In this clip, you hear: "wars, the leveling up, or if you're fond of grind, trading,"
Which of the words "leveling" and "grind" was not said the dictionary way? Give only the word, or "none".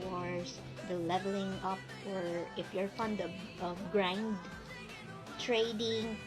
none